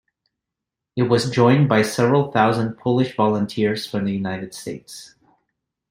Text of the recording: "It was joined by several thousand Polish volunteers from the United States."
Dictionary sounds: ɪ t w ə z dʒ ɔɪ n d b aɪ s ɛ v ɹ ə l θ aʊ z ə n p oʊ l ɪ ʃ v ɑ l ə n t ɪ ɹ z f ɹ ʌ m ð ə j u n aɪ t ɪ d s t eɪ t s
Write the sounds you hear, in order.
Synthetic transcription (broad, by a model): ɪ t w ə z dʒ ɔɪ n b aɪ s ɛ v ɹ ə l θ aʊ z ə n p oʊ l ɪ ʃ v ɑ l ə n t ɪ ɹ z f ɹ ʌ m ð ə j u n aɪ t ɪ d s t eɪ t s